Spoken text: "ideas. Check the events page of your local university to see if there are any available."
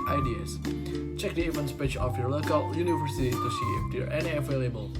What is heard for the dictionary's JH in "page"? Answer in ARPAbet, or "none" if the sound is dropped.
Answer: CH